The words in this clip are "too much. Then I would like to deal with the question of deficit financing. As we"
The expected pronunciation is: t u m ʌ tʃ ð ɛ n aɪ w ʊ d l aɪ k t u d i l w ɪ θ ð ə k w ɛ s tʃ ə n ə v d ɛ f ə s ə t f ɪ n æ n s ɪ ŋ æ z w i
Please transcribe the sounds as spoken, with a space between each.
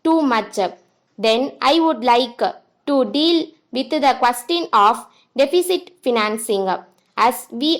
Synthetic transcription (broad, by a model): t u m ʌ tʃ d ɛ n aɪ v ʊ d l aɪ k t u d i l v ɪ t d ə k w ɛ s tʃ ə n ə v d ɛ f ə s ə t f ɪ n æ n s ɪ ŋ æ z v i